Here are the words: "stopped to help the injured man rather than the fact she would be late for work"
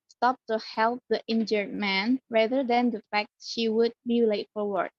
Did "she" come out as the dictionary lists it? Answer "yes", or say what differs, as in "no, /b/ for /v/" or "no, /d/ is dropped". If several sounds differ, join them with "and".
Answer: yes